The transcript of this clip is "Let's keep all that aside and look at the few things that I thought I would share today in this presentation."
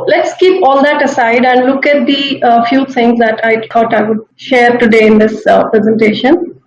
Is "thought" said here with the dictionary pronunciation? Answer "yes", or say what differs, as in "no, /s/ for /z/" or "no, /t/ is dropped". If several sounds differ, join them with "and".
no, /t/ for /θ/